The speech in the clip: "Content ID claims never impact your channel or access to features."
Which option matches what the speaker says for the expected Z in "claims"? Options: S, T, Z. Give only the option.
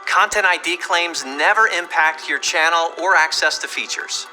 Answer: Z